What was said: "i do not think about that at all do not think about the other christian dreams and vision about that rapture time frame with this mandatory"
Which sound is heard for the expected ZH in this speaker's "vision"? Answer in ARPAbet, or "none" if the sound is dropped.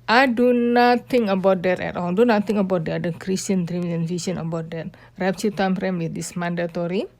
S